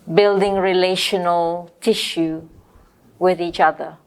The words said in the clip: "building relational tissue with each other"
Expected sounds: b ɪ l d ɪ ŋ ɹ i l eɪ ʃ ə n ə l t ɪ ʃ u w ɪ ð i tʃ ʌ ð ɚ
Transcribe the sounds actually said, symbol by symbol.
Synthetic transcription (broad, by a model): b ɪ l d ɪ ŋ ɹ i l eɪ ʃ ə n ə l t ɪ ʃ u w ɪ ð i tʃ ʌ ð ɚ